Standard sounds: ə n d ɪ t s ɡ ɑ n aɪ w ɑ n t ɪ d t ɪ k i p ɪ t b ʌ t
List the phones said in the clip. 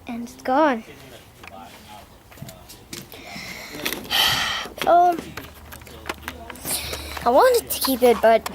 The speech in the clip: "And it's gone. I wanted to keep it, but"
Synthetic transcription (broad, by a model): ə n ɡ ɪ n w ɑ l aɪ w ɑ n t ɪ d t ɪ k i p ɪ t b ʌ t